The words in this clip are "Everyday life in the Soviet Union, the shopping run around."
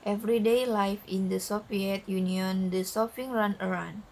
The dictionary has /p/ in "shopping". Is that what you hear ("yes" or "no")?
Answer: no